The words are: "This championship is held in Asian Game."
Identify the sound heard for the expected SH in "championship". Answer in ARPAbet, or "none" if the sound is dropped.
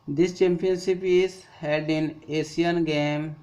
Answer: S